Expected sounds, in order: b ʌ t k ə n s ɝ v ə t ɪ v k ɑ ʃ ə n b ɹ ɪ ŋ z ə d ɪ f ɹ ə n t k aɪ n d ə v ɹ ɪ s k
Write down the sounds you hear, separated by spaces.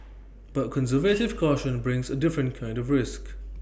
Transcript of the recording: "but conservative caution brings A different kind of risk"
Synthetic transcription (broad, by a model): b ʌ t k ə n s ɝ v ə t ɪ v k ɑ ʃ ə n b ɹ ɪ ŋ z ə d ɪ f ɹ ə n k aɪ n d ə v ɹ ɪ s k